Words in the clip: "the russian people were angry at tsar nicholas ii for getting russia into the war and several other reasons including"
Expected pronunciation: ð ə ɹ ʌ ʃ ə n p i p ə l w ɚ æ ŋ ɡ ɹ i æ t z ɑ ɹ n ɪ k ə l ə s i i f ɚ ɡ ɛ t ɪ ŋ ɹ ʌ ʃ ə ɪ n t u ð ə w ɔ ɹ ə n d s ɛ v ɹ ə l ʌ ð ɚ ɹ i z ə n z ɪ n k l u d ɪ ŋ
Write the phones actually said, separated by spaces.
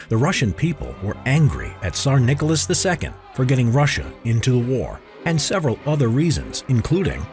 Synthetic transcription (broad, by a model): ð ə ɹ ʌ ʃ ə n p i p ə l w ɚ æ ŋ ɡ ɹ i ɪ t s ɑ ɹ n ɪ k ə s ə s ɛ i f ɚ ɡ ɛ t ɪ ŋ ɹ ʌ ʃ ə ɪ n t u ð ə w ɔ ɹ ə n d s ɛ v ɹ ə l ʌ ð ɚ ɹ i z ə n z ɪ n k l u d ɪ ŋ